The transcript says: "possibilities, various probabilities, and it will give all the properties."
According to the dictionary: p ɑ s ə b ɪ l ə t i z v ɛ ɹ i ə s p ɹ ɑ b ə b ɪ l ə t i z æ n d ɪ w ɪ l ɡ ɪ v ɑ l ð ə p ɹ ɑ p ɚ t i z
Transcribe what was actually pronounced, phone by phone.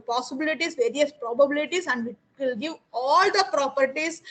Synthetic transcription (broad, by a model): p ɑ s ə b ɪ l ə t i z v ɛ ɹ i ə s p ɹ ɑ b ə b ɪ l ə t i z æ n d ɪ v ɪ l ɡ ɪ v ɑ l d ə p ɹ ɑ p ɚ t i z